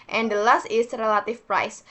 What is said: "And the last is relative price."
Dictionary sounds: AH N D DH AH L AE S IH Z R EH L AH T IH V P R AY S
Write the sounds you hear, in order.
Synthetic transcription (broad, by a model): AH N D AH L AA S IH S R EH L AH T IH F P R AY S